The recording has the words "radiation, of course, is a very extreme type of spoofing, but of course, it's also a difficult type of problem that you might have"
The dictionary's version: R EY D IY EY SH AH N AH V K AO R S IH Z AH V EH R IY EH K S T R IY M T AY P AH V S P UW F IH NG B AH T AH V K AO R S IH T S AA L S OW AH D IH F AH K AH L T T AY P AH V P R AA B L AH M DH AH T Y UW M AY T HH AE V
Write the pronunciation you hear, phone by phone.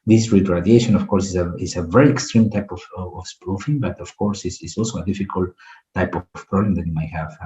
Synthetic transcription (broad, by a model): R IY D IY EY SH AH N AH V K AO R S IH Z AH V EH R IY EH K S T R IY M T AY P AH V S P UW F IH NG B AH T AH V K AO R S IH S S AA L S OW AH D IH F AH K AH L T T AY P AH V P R AA B L AH M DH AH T Y UW M AY T HH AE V